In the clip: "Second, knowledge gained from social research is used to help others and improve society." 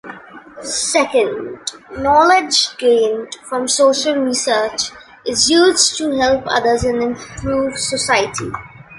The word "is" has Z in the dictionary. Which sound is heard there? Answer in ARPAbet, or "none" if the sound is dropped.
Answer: Z